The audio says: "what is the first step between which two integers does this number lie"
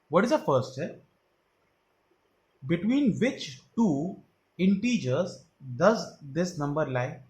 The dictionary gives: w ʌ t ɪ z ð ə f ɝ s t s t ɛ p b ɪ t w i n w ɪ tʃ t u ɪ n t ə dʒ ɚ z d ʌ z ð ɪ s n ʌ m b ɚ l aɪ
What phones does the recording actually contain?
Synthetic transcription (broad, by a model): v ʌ t ɪ z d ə f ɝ t s t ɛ b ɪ t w i n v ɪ tʃ t u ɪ n t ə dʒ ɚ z d ʌ z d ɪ s n ʌ m b ɚ l aɪ